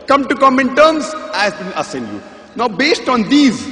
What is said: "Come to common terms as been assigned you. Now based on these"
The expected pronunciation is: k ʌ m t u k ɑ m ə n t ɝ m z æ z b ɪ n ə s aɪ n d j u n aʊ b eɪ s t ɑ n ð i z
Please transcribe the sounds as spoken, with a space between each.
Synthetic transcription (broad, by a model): k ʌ m t u k ɑ m ə n t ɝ m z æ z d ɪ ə s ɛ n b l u n aʊ b eɪ s t ɑ n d i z